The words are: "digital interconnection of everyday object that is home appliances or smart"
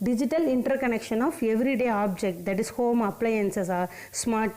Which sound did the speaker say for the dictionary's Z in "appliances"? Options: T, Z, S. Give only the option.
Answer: S